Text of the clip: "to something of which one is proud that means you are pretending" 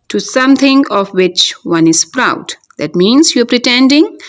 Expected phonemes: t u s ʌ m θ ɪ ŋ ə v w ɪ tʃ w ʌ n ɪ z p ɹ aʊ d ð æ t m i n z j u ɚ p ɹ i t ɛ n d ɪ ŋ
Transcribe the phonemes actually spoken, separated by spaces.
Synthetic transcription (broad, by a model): t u s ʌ m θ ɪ ŋ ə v w ɪ tʃ w ʌ n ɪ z p ɹ aʊ d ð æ t m i n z j u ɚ p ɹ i t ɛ n d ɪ ŋ